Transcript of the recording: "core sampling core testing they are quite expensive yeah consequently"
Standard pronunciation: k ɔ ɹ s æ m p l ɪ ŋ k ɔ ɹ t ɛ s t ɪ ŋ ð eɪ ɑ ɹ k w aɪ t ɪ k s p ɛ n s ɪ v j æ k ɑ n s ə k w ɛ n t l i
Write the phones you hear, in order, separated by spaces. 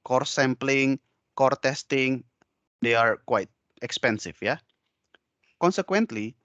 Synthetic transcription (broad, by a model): k ɔ ɹ s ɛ m p l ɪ ŋ k ɔ ɹ t ɛ s t ɪ ŋ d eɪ ɑ ɹ k w aɪ t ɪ k s p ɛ n s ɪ f j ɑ k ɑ n s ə k w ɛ n t l i